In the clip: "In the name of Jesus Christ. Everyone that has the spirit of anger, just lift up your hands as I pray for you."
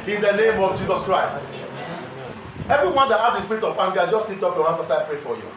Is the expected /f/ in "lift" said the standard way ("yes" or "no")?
no